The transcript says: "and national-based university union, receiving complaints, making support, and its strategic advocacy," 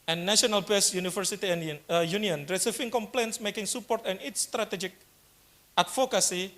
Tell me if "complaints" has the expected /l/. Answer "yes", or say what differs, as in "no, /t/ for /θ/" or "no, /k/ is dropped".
yes